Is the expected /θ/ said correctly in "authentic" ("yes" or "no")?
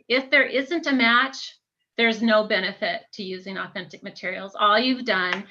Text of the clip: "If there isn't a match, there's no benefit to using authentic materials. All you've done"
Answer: yes